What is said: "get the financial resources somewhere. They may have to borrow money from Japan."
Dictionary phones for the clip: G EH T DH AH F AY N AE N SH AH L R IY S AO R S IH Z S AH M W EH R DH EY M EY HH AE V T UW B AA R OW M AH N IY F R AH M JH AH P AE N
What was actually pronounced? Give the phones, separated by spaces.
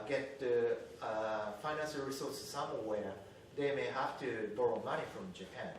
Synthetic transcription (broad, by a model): G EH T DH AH F AY N AE N SH AH L R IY S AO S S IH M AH W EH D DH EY M EY HH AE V T UW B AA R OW M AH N IY F R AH M JH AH P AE N